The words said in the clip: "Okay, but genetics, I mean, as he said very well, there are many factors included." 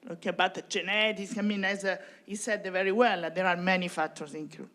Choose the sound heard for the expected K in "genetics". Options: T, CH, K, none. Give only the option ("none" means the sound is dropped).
none